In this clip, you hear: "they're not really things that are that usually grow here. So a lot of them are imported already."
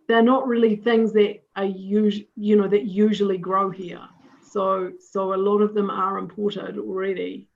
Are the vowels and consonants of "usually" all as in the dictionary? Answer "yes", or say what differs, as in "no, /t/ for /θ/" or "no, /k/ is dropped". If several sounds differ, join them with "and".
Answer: yes